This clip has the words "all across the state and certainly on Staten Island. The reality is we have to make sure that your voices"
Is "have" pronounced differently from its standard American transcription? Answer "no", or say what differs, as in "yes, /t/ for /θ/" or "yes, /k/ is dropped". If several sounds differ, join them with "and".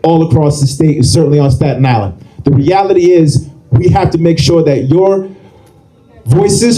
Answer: yes, /f/ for /v/